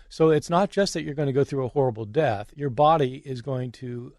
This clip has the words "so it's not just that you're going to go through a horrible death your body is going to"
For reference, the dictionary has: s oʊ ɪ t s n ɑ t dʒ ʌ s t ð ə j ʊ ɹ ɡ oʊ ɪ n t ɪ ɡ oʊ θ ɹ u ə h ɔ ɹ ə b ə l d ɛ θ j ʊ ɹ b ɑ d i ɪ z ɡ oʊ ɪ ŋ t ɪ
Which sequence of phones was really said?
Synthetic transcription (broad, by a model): s oʊ ɪ t s n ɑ t dʒ ʌ s t ð ə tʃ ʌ ɹ ɡ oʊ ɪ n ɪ ɡ oʊ θ ɹ u ə h ɔ ɹ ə b l d ɛ θ j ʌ ɹ b ɑ d i ɪ z ɡ oʊ ɪ ŋ t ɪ